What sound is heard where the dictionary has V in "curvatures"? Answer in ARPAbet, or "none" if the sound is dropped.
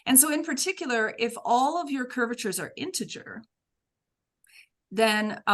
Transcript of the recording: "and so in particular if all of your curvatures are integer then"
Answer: V